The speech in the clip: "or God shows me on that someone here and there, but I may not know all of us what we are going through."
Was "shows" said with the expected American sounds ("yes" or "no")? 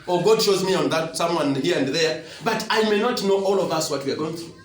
yes